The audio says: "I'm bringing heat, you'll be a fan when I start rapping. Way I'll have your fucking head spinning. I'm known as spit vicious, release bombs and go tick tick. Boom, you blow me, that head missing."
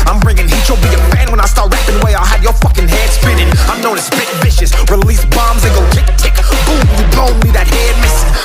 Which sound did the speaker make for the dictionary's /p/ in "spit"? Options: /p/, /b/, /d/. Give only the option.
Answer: /b/